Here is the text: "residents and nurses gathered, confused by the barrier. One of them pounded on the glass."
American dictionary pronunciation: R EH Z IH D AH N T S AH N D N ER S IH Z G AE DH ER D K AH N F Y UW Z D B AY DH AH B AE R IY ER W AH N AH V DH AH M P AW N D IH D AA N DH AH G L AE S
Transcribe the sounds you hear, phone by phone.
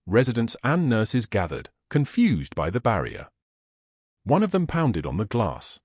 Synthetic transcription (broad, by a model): R EH Z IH D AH N T S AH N N ER S IH Z G AE DH ER D K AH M F Y UW Z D B AY DH AH B AE R IY ER W AH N AH V DH AH M P AW N D IH D N DH AH G L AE S